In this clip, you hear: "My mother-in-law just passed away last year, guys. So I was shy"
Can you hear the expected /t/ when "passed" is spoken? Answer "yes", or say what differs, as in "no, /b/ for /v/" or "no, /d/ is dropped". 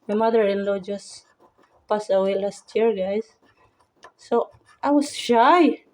no, /t/ is dropped